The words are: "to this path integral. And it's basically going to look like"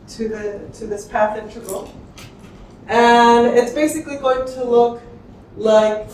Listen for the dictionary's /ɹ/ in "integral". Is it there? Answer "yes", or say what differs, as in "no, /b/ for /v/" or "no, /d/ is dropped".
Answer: no, /ɹ/ is dropped